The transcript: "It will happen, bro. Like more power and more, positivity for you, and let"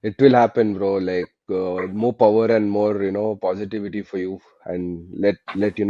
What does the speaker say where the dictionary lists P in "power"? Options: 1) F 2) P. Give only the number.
2